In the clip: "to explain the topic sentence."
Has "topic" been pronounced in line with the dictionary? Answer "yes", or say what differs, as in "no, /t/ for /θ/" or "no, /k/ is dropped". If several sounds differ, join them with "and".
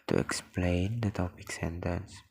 yes